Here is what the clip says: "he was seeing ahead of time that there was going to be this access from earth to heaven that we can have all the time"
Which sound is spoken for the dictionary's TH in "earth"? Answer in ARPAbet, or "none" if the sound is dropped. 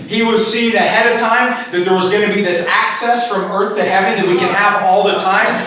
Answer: TH